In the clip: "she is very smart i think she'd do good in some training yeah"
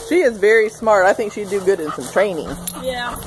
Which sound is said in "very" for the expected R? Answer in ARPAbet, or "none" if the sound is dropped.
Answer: R